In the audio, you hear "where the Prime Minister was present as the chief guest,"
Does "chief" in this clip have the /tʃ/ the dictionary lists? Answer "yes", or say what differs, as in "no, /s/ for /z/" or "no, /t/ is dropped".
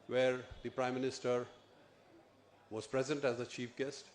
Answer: yes